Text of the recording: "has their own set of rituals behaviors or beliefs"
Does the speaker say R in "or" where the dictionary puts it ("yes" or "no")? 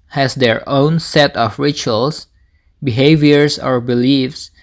yes